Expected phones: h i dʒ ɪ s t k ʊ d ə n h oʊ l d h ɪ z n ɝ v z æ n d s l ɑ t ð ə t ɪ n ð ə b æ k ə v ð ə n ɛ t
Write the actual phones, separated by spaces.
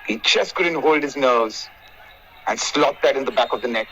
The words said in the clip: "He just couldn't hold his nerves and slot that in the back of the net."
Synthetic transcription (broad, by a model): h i tʃ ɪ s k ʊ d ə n h oʊ l d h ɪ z n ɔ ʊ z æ n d s l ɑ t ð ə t ɪ n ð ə b æ k ə v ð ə n ɛ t